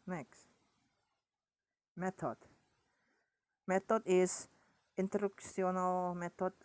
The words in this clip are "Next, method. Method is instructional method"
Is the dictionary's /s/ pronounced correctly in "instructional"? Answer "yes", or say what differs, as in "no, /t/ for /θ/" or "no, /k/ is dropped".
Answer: no, /s/ is dropped